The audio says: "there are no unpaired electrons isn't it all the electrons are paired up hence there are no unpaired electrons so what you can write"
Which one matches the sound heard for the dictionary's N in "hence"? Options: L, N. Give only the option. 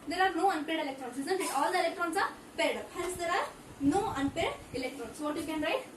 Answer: L